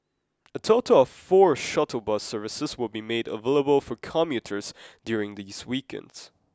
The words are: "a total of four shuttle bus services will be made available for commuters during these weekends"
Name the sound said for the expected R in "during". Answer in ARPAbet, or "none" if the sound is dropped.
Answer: R